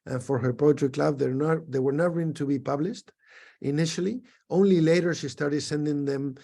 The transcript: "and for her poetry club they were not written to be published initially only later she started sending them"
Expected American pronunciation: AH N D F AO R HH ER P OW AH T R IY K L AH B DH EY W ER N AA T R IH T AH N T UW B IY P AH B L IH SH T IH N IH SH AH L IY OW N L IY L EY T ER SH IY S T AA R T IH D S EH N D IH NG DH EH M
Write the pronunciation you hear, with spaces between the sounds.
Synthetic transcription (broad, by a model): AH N F AO R HH ER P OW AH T L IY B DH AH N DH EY W ER N AA T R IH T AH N T UW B IY P AH B L IH SH T IH N IH SH AH L IY OW N L IY L EY T ER SH IY S T AA R T IH D S EH N D IH NG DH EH M